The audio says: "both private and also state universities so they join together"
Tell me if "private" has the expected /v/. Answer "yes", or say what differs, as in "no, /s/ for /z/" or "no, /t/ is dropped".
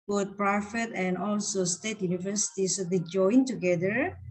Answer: no, /f/ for /v/